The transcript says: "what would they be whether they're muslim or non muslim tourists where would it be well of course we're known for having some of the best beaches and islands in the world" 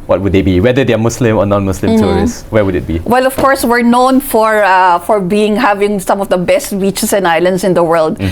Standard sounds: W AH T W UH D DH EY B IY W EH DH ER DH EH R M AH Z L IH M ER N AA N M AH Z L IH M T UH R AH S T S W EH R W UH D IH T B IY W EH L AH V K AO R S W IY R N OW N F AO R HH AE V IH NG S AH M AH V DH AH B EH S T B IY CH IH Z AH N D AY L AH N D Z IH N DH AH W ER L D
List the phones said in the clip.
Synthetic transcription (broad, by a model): W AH T W UH D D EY B IY W EH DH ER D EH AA M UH S L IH M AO N AA N M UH S L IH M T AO R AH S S W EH W UH D IH T B IY W EH L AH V K AO R S W IY R N OW N F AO R HH AE V IH NG S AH M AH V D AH B EH S T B IY CH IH S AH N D AY L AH N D S IH N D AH W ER L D